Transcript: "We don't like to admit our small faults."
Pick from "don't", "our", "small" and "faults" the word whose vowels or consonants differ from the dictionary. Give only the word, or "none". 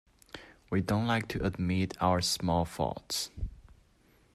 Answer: faults